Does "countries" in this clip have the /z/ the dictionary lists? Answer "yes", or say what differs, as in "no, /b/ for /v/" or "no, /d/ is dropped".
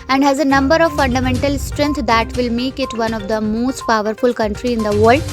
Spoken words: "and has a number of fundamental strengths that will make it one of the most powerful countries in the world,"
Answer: no, /z/ is dropped